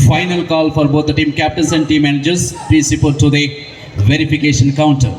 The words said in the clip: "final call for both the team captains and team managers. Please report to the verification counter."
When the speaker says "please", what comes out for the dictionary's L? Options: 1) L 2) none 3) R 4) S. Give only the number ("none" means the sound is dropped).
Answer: 2